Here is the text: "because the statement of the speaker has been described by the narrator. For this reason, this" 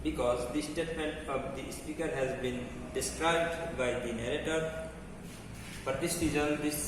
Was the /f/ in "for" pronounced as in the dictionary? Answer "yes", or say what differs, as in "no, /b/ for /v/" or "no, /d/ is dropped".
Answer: no, /p/ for /f/